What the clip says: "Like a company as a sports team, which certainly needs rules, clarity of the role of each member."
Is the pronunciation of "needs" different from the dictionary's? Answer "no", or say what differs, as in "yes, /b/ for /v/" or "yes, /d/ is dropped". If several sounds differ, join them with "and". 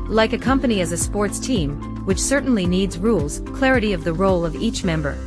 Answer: no